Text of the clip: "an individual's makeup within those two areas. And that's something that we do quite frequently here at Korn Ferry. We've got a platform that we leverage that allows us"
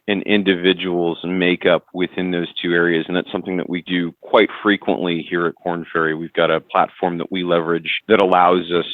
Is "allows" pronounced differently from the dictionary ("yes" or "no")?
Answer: no